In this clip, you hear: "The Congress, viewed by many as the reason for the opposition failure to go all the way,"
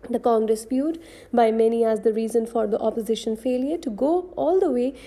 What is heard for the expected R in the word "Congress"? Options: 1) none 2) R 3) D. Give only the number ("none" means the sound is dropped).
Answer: 2